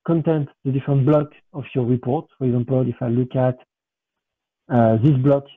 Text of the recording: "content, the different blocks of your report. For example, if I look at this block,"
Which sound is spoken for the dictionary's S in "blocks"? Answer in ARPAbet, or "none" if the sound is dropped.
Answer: none